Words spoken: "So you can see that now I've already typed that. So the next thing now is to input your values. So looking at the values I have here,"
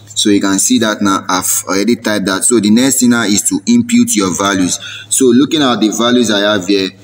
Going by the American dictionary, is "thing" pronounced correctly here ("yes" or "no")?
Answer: no